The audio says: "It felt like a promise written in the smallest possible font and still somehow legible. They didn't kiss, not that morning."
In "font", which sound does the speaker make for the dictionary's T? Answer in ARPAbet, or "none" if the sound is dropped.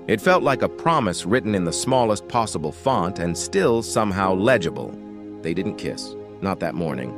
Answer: T